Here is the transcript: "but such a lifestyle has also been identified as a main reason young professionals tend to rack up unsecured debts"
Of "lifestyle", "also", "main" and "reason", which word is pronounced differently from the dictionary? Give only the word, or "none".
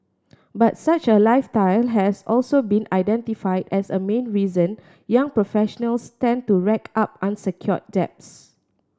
lifestyle